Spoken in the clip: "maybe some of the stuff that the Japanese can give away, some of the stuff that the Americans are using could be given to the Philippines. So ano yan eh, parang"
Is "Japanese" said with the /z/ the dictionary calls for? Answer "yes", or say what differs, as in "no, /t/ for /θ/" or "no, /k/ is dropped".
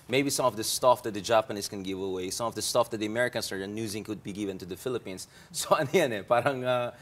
no, /s/ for /z/